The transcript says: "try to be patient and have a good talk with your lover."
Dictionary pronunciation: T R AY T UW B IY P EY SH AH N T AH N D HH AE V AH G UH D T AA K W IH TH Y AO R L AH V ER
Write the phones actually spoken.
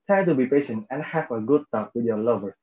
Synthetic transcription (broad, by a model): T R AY T UW B IY P EY SH AH N T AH N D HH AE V AH G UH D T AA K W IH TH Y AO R L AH V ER